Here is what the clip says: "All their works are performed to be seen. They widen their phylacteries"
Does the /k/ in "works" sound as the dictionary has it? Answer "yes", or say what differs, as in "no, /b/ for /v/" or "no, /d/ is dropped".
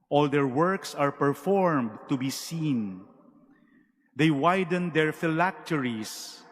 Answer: yes